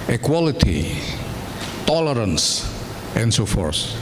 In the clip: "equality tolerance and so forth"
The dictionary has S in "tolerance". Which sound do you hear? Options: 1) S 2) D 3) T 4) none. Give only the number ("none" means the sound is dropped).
1